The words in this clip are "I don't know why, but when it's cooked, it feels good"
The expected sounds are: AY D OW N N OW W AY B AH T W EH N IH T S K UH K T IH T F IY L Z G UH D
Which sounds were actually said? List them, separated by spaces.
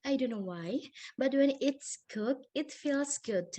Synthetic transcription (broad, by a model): AY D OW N N OW W AY B AH T W EH N IH T S K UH K IH T F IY L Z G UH D